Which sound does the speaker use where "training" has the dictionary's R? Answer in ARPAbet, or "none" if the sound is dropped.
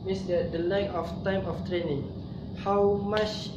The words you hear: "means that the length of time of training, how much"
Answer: R